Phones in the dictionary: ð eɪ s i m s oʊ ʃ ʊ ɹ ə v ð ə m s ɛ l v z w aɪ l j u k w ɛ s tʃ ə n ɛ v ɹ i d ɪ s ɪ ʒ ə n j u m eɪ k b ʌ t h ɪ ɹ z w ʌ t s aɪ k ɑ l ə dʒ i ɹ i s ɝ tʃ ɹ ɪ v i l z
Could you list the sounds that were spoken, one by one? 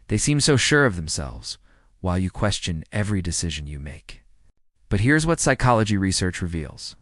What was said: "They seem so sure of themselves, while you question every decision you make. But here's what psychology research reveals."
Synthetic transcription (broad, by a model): ð eɪ s i m s oʊ ʃ ʊ ɹ ə v ð ə m s ɛ l v z w aɪ l j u k w ɛ s tʃ ə n ɛ v ɹ i d ɪ s ɪ ʒ ə n j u m eɪ k b ʌ t h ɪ ɹ z w ʌ t s aɪ k ɑ l ə dʒ i ɹ i s ɝ tʃ ɹ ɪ v i l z